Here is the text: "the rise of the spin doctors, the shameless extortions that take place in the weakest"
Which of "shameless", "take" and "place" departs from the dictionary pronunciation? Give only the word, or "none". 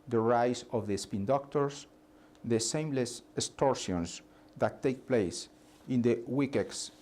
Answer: shameless